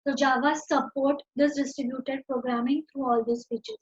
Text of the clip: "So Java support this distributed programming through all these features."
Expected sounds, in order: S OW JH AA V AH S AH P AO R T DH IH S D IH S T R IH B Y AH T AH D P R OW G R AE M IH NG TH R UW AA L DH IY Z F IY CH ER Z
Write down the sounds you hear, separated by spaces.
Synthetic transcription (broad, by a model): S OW JH AA V AH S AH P AO R T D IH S D IH S T R IH B Y AH T AH D P R OW G R AE M IH NG T R UW AA L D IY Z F IY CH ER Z